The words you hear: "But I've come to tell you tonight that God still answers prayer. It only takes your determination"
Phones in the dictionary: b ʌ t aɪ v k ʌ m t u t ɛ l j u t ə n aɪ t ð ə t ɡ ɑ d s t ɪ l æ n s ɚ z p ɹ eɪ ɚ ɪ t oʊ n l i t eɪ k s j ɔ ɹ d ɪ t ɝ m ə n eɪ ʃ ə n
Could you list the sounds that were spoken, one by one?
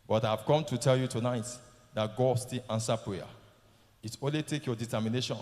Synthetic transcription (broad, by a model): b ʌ t aɪ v k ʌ m t u t ɛ l j u t ə n aɪ t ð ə t ɡ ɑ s t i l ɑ n s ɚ p ɹ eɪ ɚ ɪ t oʊ n l i t eɪ k j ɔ d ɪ t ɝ m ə n eɪ ʃ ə n